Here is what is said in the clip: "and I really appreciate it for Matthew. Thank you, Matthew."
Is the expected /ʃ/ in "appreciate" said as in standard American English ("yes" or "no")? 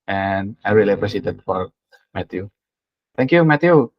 no